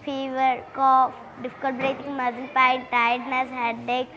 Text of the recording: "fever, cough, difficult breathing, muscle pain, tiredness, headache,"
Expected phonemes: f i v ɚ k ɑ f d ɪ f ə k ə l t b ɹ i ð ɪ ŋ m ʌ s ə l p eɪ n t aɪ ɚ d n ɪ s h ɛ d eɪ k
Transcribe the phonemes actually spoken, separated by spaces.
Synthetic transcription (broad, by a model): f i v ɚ k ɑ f d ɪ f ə k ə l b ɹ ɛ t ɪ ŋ m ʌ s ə n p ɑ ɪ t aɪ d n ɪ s h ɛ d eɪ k